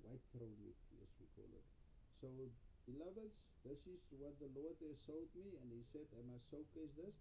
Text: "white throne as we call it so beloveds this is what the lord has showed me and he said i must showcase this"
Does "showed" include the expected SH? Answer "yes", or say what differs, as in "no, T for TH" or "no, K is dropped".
no, S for SH